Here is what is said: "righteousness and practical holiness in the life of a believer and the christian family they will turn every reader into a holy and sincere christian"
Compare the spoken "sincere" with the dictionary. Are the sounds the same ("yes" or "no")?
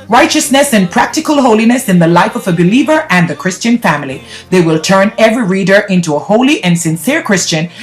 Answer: yes